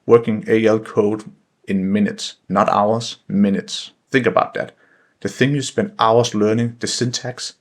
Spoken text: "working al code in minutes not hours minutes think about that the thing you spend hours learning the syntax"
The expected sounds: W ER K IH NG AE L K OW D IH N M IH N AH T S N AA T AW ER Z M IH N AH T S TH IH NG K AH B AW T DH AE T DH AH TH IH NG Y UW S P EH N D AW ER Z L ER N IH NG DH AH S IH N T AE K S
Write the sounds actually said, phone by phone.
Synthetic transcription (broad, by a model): W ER K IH NG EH L K OW D IH N M IH N AH T S N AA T AW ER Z M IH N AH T S TH IH NG K AH B AW T DH AE T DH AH TH IH NG Y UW S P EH N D AW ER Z L ER N IH NG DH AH S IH N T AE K S